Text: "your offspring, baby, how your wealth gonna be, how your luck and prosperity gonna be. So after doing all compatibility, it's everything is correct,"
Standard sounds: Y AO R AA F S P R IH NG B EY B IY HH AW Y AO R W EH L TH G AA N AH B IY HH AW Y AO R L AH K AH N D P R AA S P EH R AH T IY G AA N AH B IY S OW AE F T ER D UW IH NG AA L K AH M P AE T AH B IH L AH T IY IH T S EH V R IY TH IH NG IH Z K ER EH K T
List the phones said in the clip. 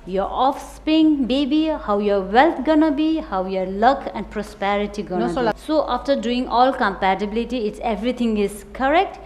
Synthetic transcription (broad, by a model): Y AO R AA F S P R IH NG B EY B IY HH AW Y AO R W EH L T G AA N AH B IY HH AW Y AO R L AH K AH N D P R AA S P EH R AH T IY G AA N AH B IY S OW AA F T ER D UW IH NG AA L K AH M P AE T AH B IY L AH T IY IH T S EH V R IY T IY NG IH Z K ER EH K T